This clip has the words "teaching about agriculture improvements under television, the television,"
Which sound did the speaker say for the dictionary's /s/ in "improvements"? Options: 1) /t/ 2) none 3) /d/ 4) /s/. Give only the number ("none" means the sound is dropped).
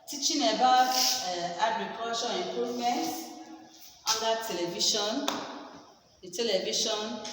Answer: 2